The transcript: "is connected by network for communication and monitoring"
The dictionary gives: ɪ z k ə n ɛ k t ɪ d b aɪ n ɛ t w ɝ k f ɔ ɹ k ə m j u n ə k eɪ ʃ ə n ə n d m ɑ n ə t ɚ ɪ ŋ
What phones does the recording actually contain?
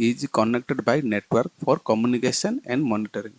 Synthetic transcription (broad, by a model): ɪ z k ə n ɛ k t ɪ d b aɪ n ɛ t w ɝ k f ɔ ɹ k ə m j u n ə k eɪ s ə n ə n d m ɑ n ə t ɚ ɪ ŋ